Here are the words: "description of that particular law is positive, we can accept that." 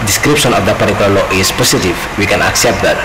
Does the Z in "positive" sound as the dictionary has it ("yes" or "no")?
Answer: no